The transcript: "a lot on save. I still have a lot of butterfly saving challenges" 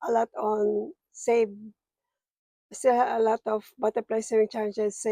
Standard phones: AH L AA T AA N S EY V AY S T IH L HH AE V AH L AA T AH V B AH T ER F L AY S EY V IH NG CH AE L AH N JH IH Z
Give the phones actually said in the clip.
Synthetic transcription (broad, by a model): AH L AA T AA N S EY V S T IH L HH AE AH L AA T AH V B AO T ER P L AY S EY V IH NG CH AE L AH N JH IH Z